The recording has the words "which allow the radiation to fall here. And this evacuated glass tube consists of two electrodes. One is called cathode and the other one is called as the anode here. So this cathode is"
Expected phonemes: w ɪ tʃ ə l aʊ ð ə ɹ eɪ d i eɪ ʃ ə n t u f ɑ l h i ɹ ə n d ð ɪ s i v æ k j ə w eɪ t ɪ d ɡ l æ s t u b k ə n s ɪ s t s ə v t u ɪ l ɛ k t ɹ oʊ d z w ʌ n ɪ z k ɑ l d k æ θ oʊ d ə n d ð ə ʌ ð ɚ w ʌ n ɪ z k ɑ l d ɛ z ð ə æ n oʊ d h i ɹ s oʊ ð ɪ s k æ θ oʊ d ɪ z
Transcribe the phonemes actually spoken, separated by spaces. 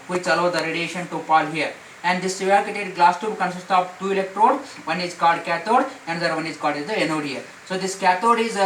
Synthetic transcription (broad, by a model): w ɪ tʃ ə l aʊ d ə ɹ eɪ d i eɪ ʃ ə n t u p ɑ l h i ɹ ə n d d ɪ s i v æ k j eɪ t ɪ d ɡ l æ s t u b k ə n s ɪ s t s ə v t u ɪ l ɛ k t ɹ oʊ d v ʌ n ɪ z k ɑ l d k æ t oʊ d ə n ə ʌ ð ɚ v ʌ n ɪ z k ɑ l d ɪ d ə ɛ n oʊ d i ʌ s oʊ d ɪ s k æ t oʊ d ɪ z